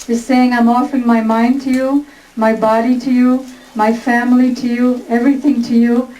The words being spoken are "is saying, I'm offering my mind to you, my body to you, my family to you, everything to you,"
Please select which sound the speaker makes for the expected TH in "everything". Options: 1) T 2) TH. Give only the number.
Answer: 2